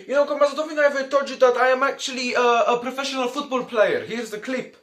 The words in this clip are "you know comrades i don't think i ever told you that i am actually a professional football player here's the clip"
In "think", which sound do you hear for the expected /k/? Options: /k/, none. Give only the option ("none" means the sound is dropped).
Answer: none